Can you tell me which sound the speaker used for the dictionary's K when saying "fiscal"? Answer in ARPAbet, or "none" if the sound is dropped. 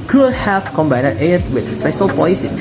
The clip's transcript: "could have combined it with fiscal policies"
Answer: none